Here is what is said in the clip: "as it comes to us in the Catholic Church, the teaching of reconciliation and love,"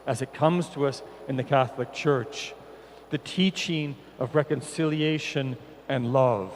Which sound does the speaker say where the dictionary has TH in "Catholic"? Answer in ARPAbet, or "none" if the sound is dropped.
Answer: TH